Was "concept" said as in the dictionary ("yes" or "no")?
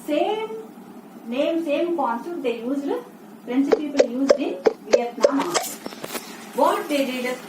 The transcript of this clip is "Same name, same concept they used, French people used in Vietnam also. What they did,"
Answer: no